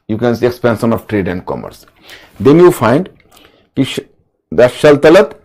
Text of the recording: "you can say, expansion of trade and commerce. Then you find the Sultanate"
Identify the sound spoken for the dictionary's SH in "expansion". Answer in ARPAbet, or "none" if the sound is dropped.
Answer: S